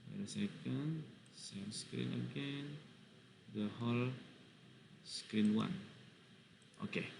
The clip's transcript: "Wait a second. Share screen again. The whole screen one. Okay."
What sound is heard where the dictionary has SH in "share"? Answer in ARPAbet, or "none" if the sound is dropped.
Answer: S